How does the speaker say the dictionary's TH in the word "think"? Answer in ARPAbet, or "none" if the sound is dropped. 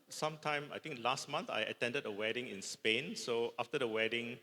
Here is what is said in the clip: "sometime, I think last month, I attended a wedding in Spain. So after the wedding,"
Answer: T